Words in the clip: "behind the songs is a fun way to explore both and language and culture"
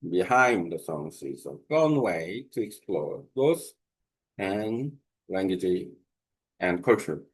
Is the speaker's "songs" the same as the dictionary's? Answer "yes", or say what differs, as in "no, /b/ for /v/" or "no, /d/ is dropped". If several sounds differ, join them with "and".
no, /s/ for /z/